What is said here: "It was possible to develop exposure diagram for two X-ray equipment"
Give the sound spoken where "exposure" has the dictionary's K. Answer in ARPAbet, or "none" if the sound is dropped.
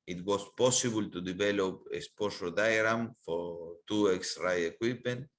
none